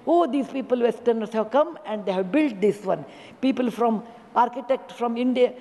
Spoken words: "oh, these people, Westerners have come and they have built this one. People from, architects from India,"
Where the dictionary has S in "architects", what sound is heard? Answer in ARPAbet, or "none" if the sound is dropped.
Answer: none